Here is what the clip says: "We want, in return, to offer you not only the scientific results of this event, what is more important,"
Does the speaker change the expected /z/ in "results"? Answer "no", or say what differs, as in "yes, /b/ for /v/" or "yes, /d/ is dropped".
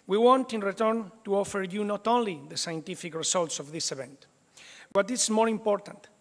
yes, /s/ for /z/